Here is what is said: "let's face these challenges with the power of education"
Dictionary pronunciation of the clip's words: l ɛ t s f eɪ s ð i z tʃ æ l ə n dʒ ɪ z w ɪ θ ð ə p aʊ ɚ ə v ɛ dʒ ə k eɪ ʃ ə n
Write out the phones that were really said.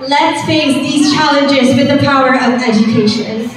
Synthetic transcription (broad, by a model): l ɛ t s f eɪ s ð i z tʃ æ l ə n dʒ ɪ z w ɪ ð ə p aʊ ɚ ə v ɛ dʒ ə k eɪ ʃ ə n